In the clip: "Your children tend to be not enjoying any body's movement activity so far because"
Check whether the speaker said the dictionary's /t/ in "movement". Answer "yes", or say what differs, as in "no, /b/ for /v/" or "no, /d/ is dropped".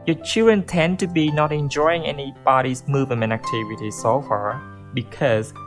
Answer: no, /t/ is dropped